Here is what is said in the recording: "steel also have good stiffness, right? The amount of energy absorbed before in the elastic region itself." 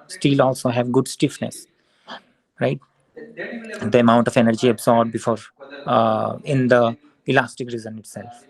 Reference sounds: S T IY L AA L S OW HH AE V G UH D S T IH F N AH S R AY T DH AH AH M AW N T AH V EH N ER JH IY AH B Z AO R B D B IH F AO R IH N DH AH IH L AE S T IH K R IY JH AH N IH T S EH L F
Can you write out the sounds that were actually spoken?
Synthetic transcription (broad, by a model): S T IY L AA L S OW HH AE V G UH D S T IH F N AH S R AY T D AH AH M AW N T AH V EH N ER JH IY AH B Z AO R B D B IH F AO R IH N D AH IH L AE S T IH K R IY Z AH N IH T S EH L F